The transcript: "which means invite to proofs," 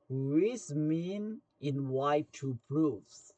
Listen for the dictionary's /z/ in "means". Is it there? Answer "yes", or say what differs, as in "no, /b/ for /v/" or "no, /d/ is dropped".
no, /z/ is dropped